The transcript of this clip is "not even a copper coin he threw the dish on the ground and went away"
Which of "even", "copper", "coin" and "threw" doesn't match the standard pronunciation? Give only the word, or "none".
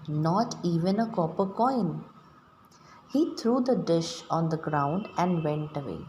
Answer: threw